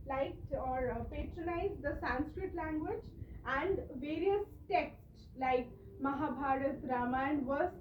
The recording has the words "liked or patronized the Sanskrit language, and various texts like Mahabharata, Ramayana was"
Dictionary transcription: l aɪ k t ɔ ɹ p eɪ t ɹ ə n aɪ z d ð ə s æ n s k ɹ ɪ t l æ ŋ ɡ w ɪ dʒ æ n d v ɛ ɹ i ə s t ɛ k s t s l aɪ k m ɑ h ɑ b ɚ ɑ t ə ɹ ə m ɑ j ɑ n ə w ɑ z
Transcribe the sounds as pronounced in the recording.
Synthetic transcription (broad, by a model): l aɪ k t ɔ ɹ p eɪ t ɹ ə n aɪ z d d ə s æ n s k ɹ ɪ t l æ ŋ ɡ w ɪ dʒ æ n d v ɛ ɹ i ə s t ɛ k s t s l aɪ k m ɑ h ɑ b ɑ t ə ɹ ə m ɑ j n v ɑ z